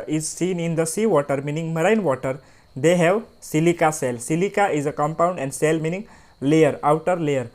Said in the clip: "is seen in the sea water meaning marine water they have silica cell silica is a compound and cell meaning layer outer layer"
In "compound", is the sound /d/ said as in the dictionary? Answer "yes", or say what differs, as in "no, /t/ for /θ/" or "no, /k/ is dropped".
yes